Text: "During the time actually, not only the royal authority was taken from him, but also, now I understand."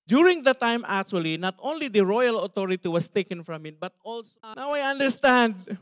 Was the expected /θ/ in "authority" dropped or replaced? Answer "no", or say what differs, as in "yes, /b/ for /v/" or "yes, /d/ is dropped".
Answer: yes, /t/ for /θ/